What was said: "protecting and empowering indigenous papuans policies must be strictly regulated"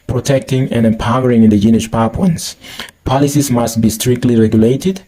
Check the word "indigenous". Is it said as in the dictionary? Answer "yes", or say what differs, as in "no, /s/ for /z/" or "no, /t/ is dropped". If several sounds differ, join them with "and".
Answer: no, /ʃ/ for /s/